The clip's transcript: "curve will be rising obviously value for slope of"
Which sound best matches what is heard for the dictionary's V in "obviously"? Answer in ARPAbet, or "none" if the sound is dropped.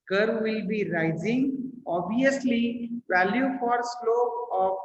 none